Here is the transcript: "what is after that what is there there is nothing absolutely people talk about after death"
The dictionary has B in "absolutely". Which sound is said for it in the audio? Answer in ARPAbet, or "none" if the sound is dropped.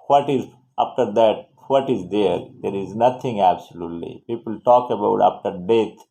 B